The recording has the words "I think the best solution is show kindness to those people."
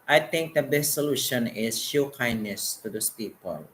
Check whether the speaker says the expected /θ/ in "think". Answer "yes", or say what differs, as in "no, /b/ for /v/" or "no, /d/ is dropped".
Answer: no, /t/ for /θ/